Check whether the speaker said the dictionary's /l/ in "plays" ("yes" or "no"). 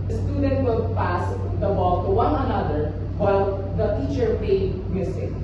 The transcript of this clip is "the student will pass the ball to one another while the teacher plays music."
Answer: no